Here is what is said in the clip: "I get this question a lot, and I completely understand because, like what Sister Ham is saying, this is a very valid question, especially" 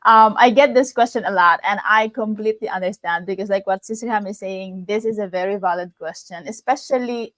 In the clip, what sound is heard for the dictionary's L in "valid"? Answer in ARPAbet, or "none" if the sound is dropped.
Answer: L